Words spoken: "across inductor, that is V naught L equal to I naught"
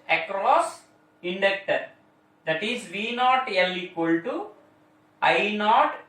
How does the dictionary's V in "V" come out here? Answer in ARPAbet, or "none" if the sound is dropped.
V